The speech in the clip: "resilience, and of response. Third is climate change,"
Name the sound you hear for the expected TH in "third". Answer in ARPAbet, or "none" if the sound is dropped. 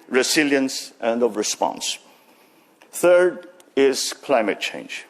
TH